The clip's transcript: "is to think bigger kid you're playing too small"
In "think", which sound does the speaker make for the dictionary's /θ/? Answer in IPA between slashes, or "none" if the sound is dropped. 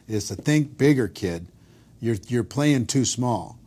/θ/